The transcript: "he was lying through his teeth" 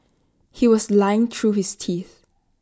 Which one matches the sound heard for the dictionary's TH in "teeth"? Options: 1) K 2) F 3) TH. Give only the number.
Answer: 3